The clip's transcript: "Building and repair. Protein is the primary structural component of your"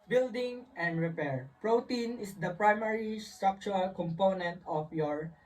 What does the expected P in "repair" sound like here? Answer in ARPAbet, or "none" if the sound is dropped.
P